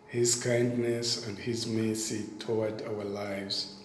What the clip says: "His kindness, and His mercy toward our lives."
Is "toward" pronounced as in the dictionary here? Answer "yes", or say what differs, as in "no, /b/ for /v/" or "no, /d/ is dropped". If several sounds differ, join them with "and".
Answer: no, /w/ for /ɹ/